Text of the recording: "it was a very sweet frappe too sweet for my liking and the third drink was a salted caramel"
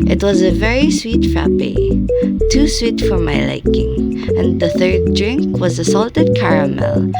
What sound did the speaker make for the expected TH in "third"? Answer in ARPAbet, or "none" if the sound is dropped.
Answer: TH